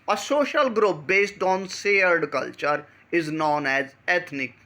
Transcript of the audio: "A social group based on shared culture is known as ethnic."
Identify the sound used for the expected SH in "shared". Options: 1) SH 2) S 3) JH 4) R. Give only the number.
2